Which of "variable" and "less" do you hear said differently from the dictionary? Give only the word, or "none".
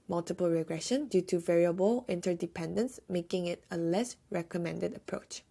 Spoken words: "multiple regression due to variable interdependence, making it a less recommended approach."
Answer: none